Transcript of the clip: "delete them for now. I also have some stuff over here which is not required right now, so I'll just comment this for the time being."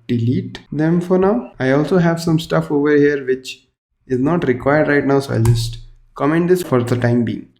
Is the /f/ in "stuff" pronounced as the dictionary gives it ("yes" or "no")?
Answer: yes